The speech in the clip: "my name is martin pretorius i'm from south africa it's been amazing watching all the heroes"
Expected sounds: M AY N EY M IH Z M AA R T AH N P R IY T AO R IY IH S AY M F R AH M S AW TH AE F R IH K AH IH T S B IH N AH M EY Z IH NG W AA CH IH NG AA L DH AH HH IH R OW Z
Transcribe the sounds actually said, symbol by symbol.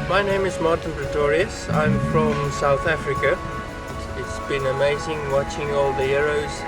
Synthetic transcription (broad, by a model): M AY N EY M IH Z M AA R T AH N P R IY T AO R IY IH S AY M F R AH M S AW TH AE F R IH K AH IH T S B IH N AH M EY Z IH NG W AA CH IH NG AA L DH AH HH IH R OW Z